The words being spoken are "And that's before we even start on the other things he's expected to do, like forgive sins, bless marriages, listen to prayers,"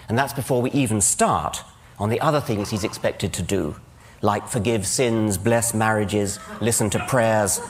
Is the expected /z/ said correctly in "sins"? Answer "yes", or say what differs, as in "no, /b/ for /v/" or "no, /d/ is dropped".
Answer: yes